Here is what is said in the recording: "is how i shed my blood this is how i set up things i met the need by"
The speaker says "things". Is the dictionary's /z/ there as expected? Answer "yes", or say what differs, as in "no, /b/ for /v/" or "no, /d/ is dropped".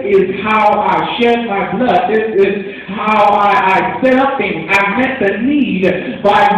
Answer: no, /z/ is dropped